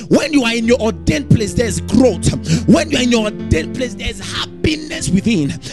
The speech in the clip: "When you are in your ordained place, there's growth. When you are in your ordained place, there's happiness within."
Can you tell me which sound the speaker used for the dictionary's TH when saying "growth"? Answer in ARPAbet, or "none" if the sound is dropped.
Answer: T